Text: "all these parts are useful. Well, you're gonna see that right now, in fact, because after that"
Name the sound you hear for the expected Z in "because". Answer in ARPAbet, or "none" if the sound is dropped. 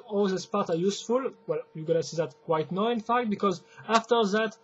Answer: Z